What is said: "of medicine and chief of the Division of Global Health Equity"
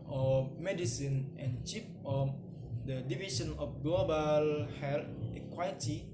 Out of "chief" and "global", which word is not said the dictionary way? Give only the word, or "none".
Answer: chief